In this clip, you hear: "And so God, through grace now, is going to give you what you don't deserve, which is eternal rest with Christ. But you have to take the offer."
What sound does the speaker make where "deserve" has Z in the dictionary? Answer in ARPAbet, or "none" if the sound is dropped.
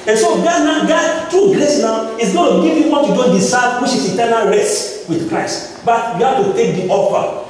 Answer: S